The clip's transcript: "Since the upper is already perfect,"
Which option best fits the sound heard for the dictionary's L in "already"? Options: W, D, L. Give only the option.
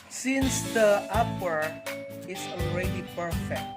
L